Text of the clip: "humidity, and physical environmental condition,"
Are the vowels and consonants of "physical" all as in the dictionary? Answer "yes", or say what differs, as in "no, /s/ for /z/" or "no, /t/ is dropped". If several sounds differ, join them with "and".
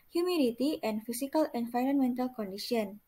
no, /s/ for /z/